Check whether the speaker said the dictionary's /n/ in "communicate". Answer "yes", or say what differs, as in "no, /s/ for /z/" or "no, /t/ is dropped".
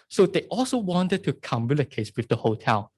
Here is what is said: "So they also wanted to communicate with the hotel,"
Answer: no, /l/ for /n/